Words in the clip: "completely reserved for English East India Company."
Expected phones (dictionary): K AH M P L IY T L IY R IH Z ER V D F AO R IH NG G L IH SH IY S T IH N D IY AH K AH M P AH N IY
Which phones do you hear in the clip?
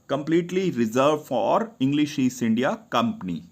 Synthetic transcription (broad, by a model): K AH M P L IY T L IY R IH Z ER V F AO R IH NG G L IH SH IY S IH N D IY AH K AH M P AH N IY